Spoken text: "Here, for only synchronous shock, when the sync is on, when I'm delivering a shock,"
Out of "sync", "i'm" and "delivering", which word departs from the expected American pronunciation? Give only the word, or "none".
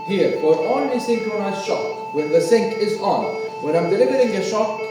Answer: none